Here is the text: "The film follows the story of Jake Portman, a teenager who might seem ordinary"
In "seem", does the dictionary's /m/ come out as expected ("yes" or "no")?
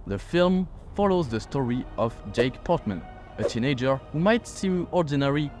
no